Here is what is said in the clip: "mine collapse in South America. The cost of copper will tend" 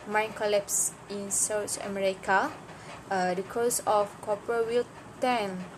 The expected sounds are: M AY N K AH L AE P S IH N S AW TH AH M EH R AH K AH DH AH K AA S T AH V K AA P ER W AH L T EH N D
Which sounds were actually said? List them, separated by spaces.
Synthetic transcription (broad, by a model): M AY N K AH L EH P S IH N S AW T AH M EH R AH K AH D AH K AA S AH F K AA P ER W AH L T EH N